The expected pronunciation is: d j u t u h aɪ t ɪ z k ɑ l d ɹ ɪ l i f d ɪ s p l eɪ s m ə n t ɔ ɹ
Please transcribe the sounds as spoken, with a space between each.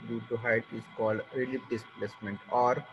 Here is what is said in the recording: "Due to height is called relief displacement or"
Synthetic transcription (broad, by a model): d j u t u h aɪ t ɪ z k ɑ l d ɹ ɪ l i p d ɪ s p l eɪ s m ə n t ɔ ɹ